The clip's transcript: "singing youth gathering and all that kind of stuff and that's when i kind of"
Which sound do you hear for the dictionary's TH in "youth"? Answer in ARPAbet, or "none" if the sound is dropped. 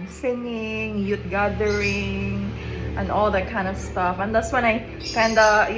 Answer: T